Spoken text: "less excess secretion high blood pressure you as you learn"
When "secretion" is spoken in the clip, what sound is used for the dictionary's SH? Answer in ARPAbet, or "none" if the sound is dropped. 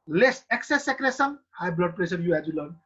S